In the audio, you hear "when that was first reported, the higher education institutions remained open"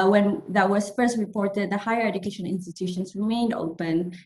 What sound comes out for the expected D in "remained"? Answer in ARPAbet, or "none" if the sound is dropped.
D